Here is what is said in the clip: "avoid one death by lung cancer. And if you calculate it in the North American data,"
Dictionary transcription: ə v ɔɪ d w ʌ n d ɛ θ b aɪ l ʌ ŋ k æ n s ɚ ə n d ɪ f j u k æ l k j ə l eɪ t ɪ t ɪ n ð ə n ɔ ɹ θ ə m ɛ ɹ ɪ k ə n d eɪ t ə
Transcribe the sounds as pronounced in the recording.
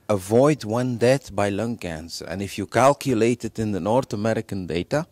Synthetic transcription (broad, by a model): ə v ɔɪ d w ʌ n d ɛ t b aɪ l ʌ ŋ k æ n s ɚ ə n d ɪ f j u k æ l k j ə l eɪ t ɪ t ɪ n ð ə n ɔ ɹ θ ə m ɛ ɹ ɪ k ə n d eɪ t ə